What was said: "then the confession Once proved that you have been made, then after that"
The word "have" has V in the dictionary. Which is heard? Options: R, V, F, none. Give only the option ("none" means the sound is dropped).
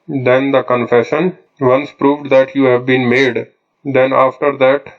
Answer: V